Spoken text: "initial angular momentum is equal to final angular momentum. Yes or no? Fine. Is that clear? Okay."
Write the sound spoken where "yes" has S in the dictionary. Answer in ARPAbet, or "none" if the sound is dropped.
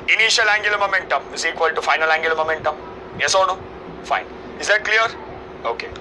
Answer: S